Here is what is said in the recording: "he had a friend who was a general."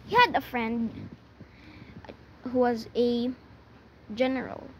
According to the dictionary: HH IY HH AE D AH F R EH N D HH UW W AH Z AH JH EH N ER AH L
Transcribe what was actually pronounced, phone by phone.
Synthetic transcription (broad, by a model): HH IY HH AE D AH F R EH N D HH UW W AH Z AH JH EH N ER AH L